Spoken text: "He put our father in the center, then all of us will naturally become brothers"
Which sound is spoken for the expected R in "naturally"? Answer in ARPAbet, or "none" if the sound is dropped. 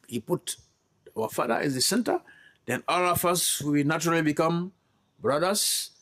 R